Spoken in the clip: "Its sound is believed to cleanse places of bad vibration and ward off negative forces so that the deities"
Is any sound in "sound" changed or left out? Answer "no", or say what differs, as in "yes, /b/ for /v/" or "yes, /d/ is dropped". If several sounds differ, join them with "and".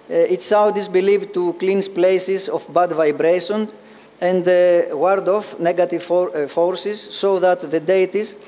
yes, /n/ is dropped